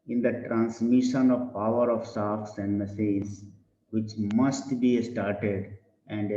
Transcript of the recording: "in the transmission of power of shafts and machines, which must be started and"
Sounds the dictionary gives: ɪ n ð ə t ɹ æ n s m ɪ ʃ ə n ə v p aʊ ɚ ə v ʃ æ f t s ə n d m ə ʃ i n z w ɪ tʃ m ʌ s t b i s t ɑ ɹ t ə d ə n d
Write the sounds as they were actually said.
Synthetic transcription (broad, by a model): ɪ n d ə t ɹ æ n s m ɪ ʃ ə n ə v p aʊ ɚ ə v s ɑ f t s ə n d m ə s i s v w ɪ tʃ m ʌ s t b i s t ɑ ɹ t ə d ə n d